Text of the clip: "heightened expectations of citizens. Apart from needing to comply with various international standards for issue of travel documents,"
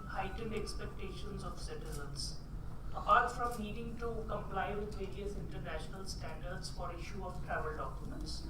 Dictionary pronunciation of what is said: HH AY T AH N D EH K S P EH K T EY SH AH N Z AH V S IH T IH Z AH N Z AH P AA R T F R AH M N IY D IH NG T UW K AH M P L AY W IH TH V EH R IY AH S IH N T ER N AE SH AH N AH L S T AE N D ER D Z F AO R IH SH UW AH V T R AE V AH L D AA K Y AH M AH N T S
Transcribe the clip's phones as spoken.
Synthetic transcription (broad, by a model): HH AY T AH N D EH K S P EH K T EY SH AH N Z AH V S IH T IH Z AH N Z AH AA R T F R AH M L IY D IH NG T UW K AH M P L AY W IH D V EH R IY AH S IH N T ER N AE SH AH N AH L S T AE N D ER D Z F AO R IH SH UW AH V T R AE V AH L D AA K Y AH M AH N T S